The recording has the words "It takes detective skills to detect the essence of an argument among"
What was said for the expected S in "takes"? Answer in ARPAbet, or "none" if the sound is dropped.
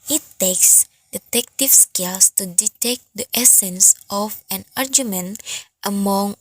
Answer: S